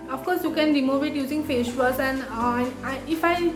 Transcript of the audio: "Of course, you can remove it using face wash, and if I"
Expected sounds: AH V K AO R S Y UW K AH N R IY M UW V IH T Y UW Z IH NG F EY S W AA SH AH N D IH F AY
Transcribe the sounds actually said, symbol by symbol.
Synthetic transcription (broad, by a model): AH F K AO R S Y UW K AH N R IY M UW V IH T Y UW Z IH NG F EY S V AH S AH N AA IH F AY